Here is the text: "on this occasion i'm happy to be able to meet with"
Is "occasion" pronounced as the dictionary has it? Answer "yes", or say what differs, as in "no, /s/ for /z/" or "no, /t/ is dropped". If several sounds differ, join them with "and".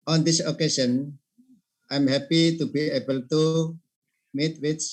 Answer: no, /ʃ/ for /ʒ/